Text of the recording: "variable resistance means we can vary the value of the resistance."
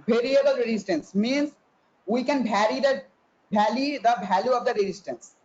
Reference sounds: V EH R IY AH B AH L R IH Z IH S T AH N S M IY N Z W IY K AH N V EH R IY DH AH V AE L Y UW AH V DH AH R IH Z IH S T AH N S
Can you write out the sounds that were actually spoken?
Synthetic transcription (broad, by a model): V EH R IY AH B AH L R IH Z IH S T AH N S M IY N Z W IY K AH N B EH R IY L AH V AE L Y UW AH V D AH R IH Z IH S T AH N S